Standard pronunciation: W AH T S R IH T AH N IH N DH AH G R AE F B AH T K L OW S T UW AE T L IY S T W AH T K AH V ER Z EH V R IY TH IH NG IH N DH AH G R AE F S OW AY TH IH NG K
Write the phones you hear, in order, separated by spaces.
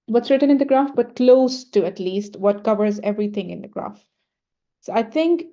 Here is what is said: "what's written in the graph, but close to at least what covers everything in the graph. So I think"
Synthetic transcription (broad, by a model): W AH T S R IH T AH N IH N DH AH G R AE F B AH T K L OW S T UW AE T L IY S T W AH T K AH V ER Z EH V R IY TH IH NG IH N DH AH G R AE F S OW AY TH IH NG K